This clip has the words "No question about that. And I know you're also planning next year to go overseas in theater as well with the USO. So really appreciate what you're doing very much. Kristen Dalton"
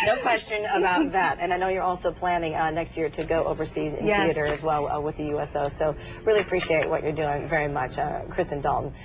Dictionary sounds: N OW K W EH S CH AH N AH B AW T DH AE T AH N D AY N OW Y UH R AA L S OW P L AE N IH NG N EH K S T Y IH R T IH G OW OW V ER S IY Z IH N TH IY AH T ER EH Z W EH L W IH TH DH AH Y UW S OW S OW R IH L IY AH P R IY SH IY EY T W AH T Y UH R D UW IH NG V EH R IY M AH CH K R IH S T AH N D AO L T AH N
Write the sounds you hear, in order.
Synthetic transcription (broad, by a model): N OW K W EH S CH AH N AH B AW T DH AE T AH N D AY N OW Y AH R AA L S OW P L AE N IH NG N EH K S T Y IH R T IH G OW OW V ER S IY Z IH N TH IY AH T ER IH Z W EH L W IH DH AH Y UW S OW S OW R IH L IY AH P R IY SH IY EY T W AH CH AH R D UW IH NG V EH R IY M AH CH K R IH S T AH N D AO L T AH N